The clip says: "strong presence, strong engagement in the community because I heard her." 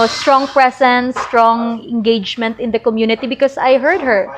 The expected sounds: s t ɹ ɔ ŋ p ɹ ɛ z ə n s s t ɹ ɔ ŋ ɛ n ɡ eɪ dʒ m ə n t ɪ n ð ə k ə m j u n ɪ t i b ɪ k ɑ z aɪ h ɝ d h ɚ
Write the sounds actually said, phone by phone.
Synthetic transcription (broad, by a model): s t ɹ ɔ ŋ p ɹ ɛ s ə n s s t ɹ ɔ ŋ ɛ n ɡ eɪ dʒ m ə n t ɪ n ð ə k ə m j u n ɪ t i b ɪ k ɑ s aɪ h ɝ d h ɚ